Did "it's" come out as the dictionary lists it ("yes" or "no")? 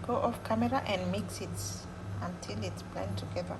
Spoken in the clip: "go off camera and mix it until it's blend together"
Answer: yes